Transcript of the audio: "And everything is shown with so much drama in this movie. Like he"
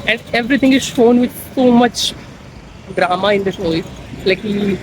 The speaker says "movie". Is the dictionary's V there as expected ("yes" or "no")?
no